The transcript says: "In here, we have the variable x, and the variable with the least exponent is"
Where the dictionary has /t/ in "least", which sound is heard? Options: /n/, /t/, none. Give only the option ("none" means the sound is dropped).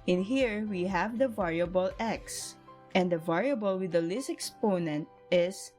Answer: none